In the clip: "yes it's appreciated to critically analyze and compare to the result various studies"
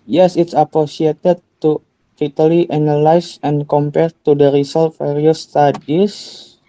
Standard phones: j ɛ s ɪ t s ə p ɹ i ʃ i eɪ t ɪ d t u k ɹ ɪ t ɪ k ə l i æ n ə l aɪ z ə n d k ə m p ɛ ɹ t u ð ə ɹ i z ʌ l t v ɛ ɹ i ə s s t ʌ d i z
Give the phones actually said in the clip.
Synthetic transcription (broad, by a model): j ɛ s ɪ t s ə p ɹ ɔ s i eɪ t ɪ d t u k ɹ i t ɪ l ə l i n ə l aɪ s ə n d k ə m p ɛ ɹ t u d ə ɹ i s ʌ l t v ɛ ɹ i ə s s t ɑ d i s